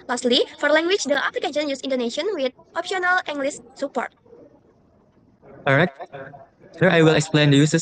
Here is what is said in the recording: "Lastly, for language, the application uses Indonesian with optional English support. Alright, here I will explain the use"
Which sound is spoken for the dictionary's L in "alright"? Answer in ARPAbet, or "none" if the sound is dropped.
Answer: none